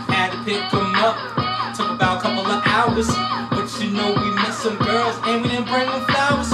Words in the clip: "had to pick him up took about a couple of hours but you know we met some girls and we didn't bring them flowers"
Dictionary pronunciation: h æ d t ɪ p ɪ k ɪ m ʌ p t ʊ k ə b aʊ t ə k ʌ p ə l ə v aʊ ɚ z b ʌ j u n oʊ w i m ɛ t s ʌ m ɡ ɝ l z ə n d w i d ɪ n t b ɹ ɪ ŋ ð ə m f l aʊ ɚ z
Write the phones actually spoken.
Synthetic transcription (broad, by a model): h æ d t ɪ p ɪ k ɪ m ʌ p t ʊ k ə b aʊ t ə k ʌ p l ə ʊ ɚ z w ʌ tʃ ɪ n oʊ w i m ɛ t s ʌ m ɡ ɝ l z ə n w i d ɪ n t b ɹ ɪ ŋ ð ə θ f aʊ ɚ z